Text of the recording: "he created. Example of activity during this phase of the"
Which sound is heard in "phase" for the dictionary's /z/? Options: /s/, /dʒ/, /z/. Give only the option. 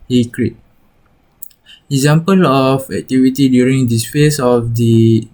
/s/